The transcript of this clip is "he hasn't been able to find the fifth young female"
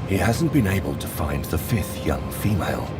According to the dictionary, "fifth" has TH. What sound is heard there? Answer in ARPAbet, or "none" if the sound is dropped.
TH